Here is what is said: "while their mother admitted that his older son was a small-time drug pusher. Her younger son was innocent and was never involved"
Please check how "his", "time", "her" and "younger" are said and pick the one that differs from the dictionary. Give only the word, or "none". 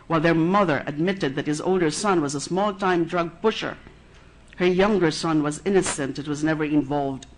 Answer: none